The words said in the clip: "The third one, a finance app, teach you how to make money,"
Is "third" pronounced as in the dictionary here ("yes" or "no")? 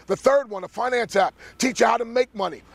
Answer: yes